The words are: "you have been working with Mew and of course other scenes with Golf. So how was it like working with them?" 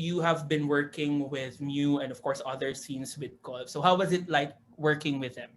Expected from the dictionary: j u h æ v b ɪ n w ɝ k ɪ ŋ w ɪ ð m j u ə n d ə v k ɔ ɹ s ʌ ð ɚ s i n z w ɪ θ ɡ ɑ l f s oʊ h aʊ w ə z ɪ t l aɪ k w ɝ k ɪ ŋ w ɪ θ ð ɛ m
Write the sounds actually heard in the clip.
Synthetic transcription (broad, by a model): j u h æ v b ɪ n w ɝ k ɪ ŋ w ɪ ð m j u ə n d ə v k ɔ ɹ s ʌ ð ɚ s i n s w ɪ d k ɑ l s oʊ h aʊ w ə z ɪ t l aɪ k w ɝ k ɪ ŋ w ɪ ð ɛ m